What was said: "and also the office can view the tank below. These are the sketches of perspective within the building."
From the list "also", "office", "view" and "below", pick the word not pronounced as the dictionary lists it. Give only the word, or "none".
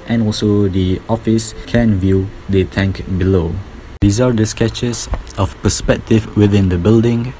none